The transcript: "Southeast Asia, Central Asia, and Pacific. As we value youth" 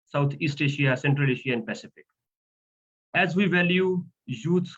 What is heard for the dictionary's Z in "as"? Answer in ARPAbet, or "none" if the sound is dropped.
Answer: Z